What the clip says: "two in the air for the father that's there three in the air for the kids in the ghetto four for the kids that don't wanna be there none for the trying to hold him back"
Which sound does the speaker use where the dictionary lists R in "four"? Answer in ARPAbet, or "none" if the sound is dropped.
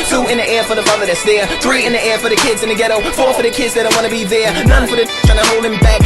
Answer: R